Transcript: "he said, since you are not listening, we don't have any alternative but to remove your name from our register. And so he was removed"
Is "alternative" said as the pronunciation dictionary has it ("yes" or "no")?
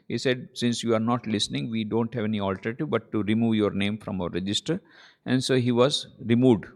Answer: no